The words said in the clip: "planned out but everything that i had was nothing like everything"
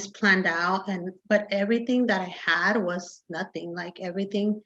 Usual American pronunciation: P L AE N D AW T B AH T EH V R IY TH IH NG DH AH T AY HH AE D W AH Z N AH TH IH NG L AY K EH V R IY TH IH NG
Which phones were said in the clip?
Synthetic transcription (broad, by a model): P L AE N D AW T B AH T EH V R IY TH IH NG DH AH T AY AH D W AH Z N AH TH IH NG L AY K EH V R IY TH IH NG